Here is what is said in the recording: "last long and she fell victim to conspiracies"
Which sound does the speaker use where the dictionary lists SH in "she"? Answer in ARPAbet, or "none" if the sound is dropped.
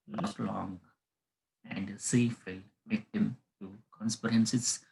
S